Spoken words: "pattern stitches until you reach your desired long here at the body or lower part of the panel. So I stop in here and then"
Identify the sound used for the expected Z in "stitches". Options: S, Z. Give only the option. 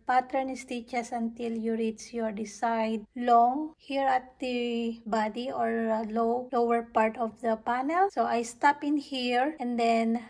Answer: S